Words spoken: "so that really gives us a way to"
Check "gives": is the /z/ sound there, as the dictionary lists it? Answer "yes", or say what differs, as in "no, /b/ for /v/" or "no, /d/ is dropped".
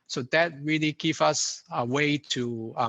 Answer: no, /z/ is dropped